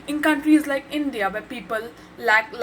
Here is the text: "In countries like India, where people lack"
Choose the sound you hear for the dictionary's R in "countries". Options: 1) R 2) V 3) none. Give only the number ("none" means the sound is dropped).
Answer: 1